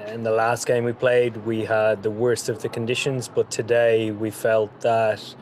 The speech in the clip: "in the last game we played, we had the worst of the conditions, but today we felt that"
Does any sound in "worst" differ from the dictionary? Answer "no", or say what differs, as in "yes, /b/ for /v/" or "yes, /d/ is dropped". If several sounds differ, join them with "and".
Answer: no